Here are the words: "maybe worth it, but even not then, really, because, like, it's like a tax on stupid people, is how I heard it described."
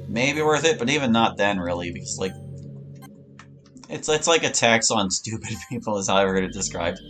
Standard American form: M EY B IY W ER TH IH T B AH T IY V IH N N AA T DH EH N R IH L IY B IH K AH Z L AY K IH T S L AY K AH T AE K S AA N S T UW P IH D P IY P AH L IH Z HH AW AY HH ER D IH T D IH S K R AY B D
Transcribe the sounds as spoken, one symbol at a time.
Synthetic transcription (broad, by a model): M EY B IY W ER TH IH T B AH T IY V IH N N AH T DH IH N R IH L IY B IH K AH Z L AY K IH T S L AY K AH T AE K S N S T UW P IH D P IY P L IH Z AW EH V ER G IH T D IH S K R AY B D